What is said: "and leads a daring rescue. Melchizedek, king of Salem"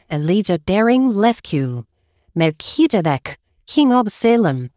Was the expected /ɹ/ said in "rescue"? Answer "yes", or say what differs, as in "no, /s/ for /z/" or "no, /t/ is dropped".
no, /l/ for /ɹ/